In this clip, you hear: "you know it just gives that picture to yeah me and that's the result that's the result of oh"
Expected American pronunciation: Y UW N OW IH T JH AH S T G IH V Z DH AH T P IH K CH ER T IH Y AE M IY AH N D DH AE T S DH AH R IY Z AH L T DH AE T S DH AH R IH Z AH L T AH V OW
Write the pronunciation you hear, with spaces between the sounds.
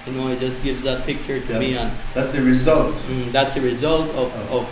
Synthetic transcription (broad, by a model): Y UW N OW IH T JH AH S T G IH V Z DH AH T P IH K CH ER T IH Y M IY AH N DH AE T S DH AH R IY Z AH L T DH AE T S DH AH R IH Z AH L T AH V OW